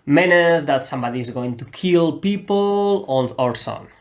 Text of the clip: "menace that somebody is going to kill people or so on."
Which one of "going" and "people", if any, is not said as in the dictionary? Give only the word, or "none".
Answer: people